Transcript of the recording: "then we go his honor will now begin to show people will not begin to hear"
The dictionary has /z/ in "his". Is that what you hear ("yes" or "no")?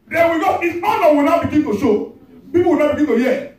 no